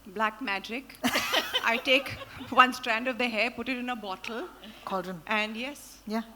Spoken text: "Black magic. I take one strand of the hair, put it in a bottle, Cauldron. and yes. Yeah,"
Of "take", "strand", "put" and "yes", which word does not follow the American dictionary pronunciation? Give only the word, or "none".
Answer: none